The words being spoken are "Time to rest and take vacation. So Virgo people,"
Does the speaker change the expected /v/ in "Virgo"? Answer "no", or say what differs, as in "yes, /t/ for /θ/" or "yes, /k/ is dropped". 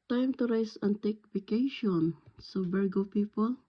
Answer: yes, /b/ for /v/